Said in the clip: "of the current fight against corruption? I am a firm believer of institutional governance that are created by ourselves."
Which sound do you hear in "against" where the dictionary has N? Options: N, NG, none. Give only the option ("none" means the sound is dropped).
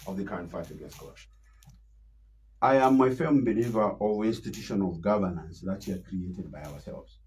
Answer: none